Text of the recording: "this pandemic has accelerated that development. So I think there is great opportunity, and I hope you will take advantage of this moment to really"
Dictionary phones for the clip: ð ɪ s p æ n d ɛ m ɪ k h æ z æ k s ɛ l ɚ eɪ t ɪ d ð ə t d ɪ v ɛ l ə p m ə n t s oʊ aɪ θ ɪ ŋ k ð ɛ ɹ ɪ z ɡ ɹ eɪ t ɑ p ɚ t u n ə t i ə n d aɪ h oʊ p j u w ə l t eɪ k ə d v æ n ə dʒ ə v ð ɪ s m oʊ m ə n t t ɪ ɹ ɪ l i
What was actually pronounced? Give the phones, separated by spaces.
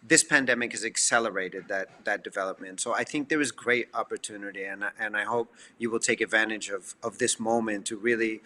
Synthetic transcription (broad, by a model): ð ɪ s p æ n d ɛ m ɪ k h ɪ z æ k s ɛ l ɚ eɪ t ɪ d ð ə t d ɪ v ɛ l ə p m ə n t s oʊ aɪ θ ɪ ŋ k ð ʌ ɹ ɪ z ɡ ɹ eɪ t ɑ p ɚ t u n ə t i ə n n aɪ h oʊ p j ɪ w ə l t eɪ k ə d v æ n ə dʒ ə v ð ɪ s m oʊ m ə n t t ɪ ɹ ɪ l i